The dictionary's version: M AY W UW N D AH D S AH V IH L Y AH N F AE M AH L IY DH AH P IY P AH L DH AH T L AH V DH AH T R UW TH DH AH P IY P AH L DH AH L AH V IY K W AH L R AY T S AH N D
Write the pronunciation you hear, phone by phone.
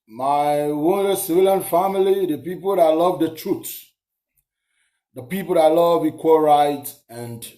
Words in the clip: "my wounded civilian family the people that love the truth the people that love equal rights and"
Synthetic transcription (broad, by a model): M AY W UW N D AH S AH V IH L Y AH N F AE M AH L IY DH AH P IY P AH L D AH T L AH V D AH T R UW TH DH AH P IY P AH L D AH L AH V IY K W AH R AY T AH N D